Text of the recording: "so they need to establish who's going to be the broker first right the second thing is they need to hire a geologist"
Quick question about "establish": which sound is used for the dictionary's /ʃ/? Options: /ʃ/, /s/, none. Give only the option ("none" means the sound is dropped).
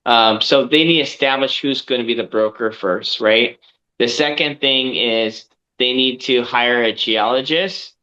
/ʃ/